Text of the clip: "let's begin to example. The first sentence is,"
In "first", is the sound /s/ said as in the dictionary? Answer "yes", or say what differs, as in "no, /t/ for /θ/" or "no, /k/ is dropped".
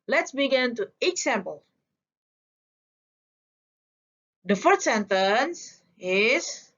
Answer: no, /s/ is dropped